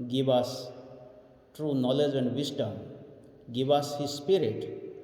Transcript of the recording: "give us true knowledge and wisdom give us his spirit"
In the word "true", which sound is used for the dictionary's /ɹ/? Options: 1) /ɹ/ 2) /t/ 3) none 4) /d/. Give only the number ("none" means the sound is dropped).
1